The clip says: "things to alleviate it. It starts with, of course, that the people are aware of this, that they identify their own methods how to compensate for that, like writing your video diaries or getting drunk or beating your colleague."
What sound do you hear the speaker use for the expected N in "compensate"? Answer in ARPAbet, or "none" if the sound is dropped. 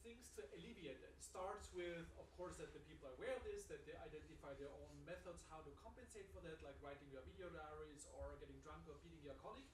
N